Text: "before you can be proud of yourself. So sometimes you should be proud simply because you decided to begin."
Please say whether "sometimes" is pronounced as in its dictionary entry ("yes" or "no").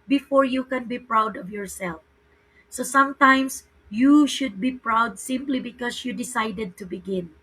no